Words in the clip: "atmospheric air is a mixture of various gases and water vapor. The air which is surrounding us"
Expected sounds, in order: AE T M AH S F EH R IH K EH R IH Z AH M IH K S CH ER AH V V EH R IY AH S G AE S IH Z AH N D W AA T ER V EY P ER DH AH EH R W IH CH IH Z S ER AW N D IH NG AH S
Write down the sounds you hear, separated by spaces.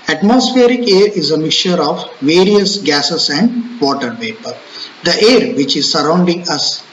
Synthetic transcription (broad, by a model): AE T M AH S F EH R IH K EH R IH Z AH M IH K CH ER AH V V EH R IY AH S G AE S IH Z AH N D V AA T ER P EY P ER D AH EH R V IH CH IH Z S ER AW N D IH NG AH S